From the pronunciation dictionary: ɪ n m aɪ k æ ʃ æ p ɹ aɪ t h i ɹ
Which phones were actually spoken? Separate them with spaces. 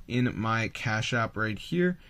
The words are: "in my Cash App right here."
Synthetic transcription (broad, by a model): ɪ n m aɪ k æ ʃ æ p ɹ aɪ t h i ɹ